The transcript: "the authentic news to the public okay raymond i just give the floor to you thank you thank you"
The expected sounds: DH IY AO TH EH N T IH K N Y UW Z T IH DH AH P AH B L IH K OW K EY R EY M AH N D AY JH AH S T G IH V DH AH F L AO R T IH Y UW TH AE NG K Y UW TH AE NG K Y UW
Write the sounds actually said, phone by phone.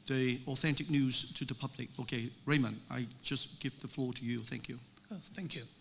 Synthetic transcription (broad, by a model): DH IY AO TH EH N T IH K N Y UW Z T IH DH AH P AH B L IH K OW K EY R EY M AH N AY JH AH S G IH V DH AH F L AO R T IH Y UW TH AE NG K Y UW TH AE NG K Y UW